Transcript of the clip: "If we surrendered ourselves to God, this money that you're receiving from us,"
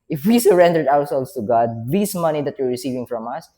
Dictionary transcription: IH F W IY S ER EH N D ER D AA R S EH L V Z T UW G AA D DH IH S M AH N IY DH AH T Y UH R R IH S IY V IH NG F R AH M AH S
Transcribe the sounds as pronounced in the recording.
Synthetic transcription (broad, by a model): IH F W IY S ER EH N D ER D AA W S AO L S T UW G AA D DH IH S M AH N IY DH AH T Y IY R R IH S IY V IH NG F R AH M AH S